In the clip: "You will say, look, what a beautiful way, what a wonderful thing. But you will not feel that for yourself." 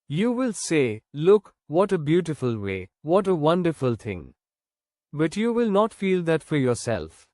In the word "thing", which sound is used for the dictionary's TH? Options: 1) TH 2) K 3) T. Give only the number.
3